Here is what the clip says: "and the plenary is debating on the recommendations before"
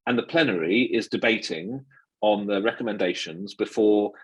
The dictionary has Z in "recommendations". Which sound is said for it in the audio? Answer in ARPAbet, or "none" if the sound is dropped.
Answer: Z